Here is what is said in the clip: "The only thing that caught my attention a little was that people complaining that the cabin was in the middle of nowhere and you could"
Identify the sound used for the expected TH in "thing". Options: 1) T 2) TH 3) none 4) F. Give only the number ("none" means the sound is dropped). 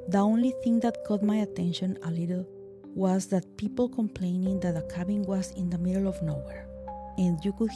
2